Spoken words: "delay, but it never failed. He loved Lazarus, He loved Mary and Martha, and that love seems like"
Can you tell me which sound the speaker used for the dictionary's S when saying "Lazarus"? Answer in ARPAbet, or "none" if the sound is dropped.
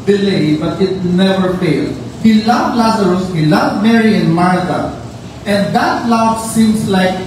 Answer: S